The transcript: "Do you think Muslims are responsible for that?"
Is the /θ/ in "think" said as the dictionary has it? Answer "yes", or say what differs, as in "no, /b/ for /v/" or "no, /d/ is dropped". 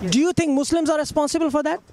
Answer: no, /t/ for /θ/